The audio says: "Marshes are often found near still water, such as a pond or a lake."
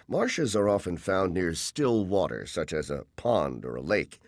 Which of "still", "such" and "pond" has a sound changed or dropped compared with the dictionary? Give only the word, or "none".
none